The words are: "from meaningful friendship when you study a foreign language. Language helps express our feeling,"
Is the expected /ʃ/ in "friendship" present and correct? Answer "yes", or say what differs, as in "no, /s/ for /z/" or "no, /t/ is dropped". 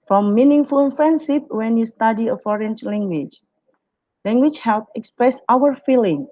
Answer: no, /s/ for /ʃ/